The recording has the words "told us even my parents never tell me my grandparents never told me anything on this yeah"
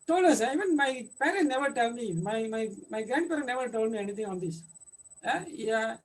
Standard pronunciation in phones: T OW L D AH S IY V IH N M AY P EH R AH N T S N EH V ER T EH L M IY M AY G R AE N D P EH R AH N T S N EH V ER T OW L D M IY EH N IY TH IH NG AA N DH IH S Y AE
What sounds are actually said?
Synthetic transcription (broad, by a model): T OW L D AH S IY V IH N M AY P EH R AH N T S N EH V ER T EH L M IY M AY G R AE N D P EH R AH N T N EH V ER T OW L D M IY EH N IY T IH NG AA N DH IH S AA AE